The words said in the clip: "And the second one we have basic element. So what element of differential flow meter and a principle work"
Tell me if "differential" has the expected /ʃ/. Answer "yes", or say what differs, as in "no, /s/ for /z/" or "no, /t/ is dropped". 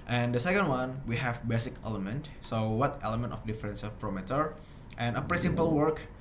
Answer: no, /s/ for /ʃ/